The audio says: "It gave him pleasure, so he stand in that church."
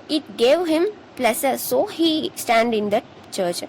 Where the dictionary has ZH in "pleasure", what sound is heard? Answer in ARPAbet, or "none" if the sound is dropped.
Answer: S